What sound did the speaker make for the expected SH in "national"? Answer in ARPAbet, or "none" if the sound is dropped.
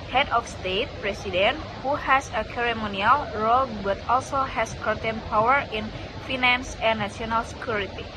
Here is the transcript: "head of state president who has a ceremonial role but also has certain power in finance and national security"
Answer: none